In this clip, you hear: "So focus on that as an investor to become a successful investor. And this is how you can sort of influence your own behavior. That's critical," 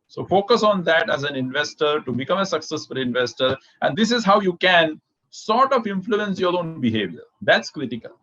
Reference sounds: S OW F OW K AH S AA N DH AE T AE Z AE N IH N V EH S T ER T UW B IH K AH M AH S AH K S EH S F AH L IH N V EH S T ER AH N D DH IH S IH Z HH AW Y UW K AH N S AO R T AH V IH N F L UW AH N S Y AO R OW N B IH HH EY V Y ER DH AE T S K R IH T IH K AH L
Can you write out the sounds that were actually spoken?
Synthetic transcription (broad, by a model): S OW F OW K AH S AA N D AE T AE Z AE N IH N V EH S T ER T UW B IH K AH M AH S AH K S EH S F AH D IH N V EH S T ER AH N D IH S IH Z HH AW Y UW K AH N S AO R T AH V IH N F L UW AH N S Y AO R OW N B IH HH EY V Y ER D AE T S K R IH T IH K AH L